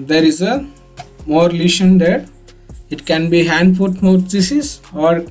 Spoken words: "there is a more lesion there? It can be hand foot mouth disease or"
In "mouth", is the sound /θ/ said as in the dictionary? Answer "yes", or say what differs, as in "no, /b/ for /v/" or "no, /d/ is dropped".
no, /t/ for /θ/